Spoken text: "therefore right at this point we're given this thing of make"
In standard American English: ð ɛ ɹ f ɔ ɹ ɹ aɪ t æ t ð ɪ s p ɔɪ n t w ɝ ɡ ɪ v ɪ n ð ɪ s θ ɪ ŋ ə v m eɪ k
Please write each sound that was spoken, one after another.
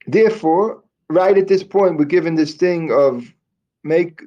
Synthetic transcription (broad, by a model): ð ɛ ɹ f ɔ ɹ ɹ aɪ t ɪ t ð ɪ s p ɔɪ n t w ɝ ɡ ɪ v ɪ n ð ɪ s θ ɪ ŋ ə v m eɪ k